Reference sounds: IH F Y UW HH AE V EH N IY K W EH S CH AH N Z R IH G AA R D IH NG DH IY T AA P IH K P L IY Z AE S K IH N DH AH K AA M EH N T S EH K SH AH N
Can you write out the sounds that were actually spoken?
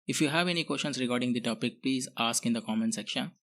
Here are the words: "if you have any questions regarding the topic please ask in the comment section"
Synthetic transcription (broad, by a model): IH F Y UW HH AE V EH N IY K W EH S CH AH N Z R IH G AA R D IH NG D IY T AA P IH K P L IY Z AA S K IH N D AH K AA M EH N S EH K SH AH N